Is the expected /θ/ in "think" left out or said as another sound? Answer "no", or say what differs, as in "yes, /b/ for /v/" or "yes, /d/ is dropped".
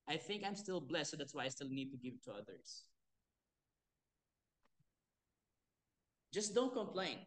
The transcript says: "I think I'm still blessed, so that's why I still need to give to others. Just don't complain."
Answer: no